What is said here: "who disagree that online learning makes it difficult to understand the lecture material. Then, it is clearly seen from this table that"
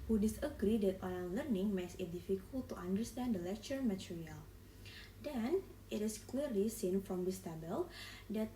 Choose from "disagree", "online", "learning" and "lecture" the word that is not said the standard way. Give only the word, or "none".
online